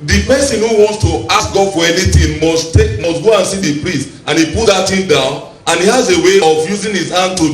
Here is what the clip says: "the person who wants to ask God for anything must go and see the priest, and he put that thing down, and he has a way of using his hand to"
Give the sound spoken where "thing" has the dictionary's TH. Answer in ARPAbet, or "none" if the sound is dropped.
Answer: T